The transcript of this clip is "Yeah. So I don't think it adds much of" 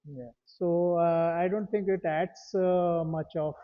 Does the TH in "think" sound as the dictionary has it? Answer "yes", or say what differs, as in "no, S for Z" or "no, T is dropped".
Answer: no, T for TH